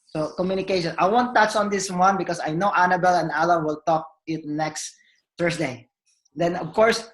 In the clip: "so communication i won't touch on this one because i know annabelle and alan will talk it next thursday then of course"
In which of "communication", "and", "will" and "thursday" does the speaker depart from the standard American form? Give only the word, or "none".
thursday